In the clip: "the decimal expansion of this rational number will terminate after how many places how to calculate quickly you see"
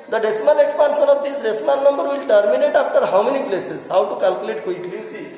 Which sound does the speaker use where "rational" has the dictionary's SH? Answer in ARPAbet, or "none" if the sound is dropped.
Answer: S